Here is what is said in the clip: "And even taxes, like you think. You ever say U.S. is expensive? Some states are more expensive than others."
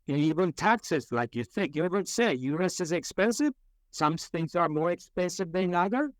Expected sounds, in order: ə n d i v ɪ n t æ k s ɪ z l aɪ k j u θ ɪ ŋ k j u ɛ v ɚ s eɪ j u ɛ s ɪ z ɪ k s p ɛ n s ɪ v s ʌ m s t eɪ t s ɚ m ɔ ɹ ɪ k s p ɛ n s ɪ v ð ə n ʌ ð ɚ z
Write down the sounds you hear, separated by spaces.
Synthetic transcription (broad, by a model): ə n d i v ɪ n t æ k s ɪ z l aɪ k j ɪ θ ɪ ŋ k j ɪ ɛ v ɚ s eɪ j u ɛ s ɪ z ɪ k s p ɛ n s ɪ v s ʌ m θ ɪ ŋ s ɚ m ɔ ɹ ɪ k s p ɛ n s ɪ v ð ə n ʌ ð ɚ